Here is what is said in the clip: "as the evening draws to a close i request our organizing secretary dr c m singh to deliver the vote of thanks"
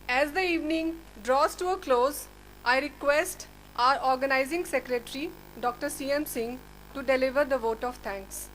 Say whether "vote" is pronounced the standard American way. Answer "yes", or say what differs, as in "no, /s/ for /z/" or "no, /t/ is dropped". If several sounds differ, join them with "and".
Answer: yes